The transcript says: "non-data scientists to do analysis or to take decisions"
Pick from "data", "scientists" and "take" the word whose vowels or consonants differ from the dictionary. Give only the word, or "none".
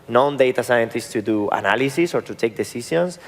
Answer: none